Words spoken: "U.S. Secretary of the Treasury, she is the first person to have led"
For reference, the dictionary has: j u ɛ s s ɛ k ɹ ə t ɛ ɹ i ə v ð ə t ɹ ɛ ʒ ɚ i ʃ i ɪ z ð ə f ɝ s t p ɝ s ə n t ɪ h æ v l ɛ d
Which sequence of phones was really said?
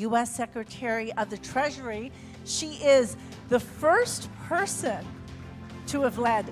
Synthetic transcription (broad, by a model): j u ɛ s s ɛ k ɹ ə t ɛ ɹ i ə v ð ə t ɹ ɛ ʒ ɚ i ʃ i ɪ z ð ə f ɝ s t p ɝ s ə n t ɪ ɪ v l ɛ d